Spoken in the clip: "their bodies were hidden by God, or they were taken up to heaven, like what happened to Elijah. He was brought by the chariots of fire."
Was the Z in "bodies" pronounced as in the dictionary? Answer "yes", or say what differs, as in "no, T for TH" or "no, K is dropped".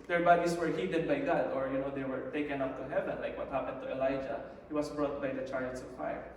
no, S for Z